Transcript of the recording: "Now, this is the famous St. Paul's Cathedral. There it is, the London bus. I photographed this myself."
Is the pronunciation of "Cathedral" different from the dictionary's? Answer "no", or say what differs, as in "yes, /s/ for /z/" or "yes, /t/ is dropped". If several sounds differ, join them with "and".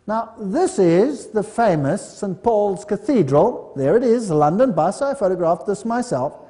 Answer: no